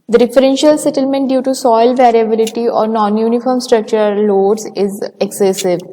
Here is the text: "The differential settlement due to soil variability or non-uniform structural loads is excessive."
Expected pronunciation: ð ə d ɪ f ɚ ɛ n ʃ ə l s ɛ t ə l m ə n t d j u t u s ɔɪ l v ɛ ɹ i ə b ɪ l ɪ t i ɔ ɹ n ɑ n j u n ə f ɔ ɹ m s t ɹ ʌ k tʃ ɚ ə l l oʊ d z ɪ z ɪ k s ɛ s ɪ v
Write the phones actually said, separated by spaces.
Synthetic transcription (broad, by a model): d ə d ɪ f ɚ ɛ n ʃ ə l s ɛ t ə l m ə n t d j u t u s ɔɪ l v ɛ ɹ i ə b ɪ l ɪ t i ɔ ɹ n ɑ n j u n ə f ɔ ɹ m s t ɹ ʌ k tʃ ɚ ə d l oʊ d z ɪ z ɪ k s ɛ s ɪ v